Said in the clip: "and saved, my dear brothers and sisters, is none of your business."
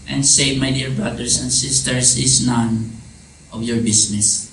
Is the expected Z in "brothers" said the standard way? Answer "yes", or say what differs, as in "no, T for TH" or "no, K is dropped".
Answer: no, S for Z